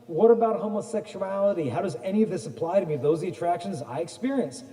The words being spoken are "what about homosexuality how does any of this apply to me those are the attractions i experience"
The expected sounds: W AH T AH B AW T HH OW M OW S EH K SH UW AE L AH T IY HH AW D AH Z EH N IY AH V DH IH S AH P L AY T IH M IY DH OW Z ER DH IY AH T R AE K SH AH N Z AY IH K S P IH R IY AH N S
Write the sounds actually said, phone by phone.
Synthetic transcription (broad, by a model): W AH T AH B AW T HH OW M OW S EH K SH UW AE L AH T IY HH AW D AH Z EH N IY AH V DH IH S AH P L AY T IH M IY DH OW Z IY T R AE K SH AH N Z AY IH K S P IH R IY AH N S